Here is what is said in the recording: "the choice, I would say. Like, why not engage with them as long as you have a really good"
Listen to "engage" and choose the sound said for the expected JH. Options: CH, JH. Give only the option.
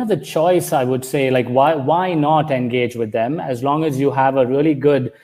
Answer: JH